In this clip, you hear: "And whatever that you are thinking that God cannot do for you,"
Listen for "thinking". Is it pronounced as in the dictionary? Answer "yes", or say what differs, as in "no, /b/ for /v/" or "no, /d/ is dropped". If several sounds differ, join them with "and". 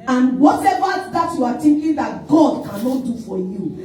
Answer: no, /t/ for /θ/